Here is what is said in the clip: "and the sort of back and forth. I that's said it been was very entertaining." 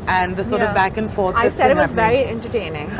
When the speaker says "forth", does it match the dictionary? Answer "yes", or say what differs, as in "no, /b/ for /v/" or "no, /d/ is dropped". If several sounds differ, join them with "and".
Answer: no, /t/ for /θ/